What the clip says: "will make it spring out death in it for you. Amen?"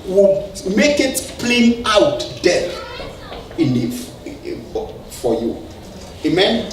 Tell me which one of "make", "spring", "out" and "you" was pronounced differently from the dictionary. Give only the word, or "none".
spring